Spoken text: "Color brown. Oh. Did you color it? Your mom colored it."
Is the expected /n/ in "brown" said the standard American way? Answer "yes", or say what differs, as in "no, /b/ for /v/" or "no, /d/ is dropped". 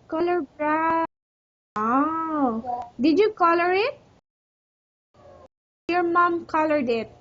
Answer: no, /n/ is dropped